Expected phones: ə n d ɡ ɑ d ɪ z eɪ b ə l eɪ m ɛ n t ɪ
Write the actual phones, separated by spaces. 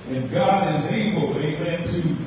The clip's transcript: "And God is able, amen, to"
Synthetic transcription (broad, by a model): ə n ɡ ɑ d ɪ z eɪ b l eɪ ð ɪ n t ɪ